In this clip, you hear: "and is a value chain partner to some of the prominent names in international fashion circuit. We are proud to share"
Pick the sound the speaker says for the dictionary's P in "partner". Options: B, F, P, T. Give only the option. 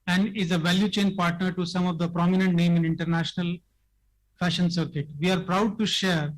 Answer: P